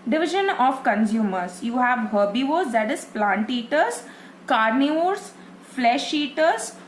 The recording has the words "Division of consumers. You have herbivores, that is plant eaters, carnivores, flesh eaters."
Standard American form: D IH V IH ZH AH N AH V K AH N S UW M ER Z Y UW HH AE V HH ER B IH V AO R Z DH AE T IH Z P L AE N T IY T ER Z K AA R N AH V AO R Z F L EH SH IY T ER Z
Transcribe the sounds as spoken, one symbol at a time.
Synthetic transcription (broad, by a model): D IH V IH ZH AH N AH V K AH N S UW M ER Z Y UW HH AE V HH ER B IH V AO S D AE T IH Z P L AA N T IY T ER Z K AA R N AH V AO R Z F L EH SH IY T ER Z